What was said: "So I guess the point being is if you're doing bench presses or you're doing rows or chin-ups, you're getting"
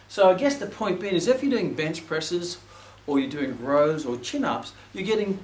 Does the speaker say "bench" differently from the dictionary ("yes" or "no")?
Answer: no